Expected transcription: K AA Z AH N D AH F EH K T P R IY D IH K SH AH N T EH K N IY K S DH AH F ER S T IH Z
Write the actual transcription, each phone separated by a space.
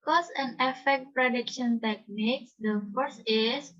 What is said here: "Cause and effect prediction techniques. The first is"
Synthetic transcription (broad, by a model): K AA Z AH N AH F EH K T P R IY D IH K SH AH N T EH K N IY K S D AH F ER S IH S